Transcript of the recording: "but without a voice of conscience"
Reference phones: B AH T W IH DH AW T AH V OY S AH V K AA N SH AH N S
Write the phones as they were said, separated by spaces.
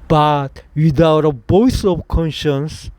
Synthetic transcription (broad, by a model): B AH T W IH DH AW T AH B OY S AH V K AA N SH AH N S